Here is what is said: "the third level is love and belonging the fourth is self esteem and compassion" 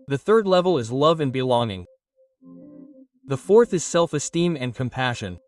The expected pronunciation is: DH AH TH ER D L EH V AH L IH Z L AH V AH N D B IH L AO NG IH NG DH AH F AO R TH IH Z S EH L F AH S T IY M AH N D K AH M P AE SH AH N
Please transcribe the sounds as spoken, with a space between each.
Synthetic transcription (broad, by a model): DH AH TH ER D L EH V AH L IH Z L AH V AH N B IH L AO NG IH NG DH AH F AO R TH IH Z S EH L F AH S T IY M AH N K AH M P AE SH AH N